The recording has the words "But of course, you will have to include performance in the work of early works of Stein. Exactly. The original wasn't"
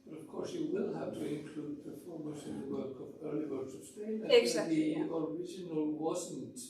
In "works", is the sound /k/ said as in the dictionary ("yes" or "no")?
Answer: no